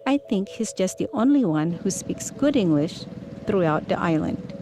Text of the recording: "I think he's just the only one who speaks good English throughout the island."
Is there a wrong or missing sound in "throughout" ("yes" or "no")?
no